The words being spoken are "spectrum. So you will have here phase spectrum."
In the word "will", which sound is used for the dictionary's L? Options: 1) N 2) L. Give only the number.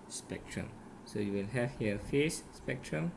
1